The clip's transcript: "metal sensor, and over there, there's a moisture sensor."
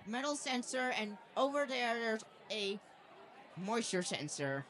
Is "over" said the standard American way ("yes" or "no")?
yes